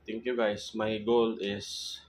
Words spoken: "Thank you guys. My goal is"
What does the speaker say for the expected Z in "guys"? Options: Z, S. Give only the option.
S